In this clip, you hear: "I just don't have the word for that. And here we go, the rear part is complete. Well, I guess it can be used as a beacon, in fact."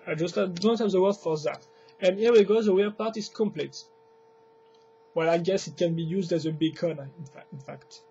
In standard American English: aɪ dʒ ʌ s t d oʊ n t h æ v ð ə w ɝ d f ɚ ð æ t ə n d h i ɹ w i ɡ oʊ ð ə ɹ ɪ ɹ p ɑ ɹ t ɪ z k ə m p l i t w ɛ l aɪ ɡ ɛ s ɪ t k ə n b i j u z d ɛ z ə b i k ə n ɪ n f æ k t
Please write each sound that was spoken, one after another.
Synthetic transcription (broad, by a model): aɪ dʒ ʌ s t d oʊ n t h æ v ð ə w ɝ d f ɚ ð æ t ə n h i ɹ w i ɡ oʊ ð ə w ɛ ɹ p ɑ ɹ t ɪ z k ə m p l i t w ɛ l aɪ ɡ ɛ s ɪ t k ə n b i j u z d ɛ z ə b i k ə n ɪ n f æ k t